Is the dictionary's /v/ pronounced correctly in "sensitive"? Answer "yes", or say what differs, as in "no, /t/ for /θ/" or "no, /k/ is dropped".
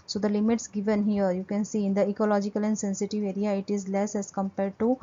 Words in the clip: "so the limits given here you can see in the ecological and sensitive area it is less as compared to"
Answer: yes